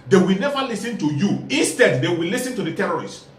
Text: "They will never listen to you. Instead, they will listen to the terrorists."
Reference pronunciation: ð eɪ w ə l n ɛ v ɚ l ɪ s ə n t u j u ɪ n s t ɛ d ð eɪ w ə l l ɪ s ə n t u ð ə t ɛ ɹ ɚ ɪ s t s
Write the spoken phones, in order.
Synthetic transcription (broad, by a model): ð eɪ w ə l n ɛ v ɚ l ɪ s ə n t u j u ɪ n s t ɛ d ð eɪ w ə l l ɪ s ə n t u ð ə t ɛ ɹ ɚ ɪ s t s